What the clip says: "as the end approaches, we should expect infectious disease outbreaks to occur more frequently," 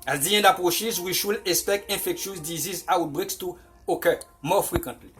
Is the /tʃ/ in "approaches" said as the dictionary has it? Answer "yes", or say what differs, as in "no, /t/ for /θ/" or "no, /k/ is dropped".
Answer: no, /ʃ/ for /tʃ/